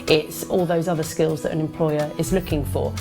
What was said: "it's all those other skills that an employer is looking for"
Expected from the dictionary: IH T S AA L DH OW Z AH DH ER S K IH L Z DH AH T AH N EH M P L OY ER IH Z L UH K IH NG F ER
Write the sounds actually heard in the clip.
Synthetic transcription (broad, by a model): IH T S AA L DH OW Z AH DH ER S K IH L Z DH AH T AH N EH M P L OY ER IH Z L UH K IH NG F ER